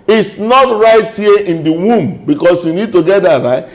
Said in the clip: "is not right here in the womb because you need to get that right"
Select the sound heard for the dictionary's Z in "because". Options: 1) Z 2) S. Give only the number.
2